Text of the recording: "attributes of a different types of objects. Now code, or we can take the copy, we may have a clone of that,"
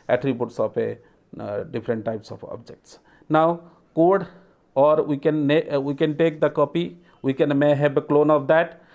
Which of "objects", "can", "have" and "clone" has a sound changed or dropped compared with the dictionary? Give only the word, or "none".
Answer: have